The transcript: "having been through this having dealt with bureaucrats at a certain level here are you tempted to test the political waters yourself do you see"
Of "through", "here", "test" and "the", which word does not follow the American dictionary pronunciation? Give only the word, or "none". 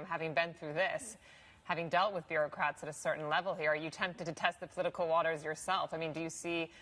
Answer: none